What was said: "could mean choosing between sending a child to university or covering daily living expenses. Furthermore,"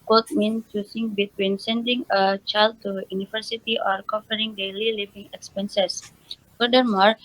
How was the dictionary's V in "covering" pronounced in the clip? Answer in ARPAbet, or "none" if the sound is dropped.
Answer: F